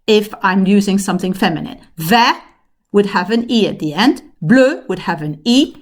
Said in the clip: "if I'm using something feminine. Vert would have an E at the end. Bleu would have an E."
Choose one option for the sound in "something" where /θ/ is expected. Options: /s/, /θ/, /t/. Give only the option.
/θ/